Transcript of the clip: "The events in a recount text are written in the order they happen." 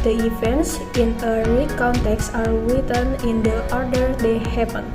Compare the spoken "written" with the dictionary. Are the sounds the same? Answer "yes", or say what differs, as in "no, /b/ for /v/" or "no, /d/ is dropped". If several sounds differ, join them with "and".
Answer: no, /w/ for /ɹ/